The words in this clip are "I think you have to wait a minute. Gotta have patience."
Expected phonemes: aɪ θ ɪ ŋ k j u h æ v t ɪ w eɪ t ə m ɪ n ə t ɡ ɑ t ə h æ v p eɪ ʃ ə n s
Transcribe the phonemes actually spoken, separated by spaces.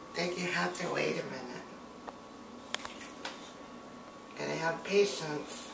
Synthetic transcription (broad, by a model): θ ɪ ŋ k j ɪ h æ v t ɪ w eɪ t ə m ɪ n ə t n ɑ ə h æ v p eɪ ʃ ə n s